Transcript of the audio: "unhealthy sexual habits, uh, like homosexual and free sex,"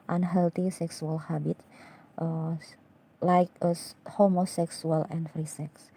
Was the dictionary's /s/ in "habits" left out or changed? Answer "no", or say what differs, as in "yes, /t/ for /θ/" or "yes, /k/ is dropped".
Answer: yes, /s/ is dropped